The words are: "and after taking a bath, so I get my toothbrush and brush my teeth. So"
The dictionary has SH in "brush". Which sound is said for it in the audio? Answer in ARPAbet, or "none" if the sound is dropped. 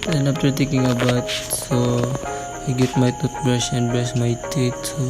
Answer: S